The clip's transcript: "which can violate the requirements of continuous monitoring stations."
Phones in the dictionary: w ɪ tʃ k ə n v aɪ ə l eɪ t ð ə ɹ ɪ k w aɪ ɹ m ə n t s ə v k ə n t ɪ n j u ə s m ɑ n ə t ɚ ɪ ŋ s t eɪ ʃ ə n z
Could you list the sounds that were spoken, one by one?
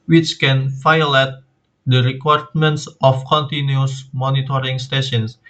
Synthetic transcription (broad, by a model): w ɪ tʃ k ə n f aɪ l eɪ t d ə ɹ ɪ k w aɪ ɹ m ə n t s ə f k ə n t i n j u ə s m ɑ n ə t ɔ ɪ ŋ s t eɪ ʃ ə n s